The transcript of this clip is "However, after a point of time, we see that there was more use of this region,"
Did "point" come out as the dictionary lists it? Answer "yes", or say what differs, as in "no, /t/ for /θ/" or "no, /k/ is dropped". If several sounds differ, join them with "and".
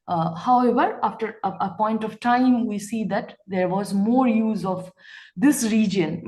yes